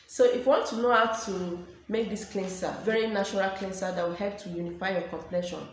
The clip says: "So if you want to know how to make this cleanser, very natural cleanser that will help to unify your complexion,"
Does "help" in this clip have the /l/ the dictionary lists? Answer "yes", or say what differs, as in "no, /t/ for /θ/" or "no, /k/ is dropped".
yes